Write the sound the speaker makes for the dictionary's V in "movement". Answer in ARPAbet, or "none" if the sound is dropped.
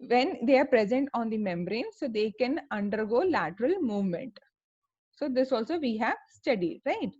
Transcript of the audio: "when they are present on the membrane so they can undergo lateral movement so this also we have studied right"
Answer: V